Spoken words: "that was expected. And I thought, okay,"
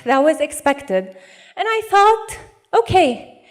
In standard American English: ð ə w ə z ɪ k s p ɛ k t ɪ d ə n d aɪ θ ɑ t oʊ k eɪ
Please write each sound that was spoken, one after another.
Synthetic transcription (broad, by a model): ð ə w ə z ɪ k s p ɛ k t ɪ d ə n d aɪ θ ɑ t oʊ k eɪ